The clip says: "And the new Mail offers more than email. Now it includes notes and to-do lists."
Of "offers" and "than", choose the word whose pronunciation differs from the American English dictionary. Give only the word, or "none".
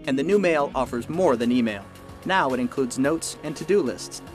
none